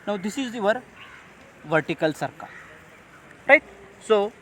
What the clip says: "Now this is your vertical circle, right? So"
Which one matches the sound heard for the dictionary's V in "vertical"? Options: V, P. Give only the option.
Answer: V